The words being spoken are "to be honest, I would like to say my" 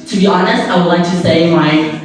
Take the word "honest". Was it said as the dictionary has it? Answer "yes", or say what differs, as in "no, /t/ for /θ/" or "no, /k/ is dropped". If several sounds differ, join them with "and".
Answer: yes